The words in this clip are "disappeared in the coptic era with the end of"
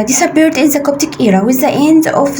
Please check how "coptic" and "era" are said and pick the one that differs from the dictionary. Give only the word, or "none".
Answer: none